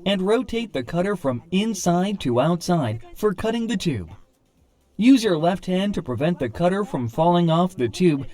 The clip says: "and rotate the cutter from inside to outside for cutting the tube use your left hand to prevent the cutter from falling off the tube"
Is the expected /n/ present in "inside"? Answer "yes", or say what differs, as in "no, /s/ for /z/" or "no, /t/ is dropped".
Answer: yes